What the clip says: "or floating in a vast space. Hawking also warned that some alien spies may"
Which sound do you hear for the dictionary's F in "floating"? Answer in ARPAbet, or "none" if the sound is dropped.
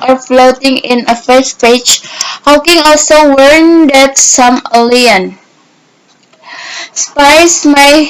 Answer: F